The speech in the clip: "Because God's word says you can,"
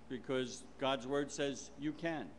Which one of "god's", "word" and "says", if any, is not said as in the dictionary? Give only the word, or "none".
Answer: none